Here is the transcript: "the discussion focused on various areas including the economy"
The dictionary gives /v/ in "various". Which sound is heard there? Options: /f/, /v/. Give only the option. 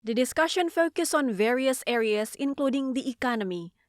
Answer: /v/